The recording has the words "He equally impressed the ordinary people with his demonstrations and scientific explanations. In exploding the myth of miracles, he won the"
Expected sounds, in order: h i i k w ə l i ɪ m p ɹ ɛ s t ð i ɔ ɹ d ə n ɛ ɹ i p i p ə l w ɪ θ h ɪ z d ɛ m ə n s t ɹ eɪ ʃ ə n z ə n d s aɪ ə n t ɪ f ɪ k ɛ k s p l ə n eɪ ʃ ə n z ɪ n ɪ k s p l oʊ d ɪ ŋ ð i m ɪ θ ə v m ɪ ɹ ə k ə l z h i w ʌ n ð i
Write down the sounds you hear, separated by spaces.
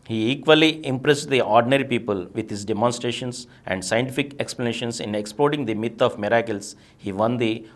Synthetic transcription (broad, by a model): h i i k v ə l i ɪ m p ɹ ɛ s t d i ɔ ɹ d ə n ɛ ɹ i p i p ə l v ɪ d h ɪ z d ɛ m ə n s t ɹ eɪ ʃ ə n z ə n d s aɪ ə n t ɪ f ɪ k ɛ k s p l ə n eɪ ʃ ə n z ɪ n ɪ k s p l oʊ d ɪ ŋ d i m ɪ t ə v m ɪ ɹ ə k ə l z h i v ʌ n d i